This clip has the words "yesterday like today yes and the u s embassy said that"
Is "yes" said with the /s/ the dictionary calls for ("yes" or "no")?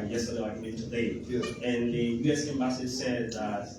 no